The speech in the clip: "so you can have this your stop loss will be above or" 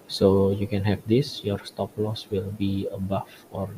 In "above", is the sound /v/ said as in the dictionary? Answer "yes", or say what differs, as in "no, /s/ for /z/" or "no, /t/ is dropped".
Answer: no, /f/ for /v/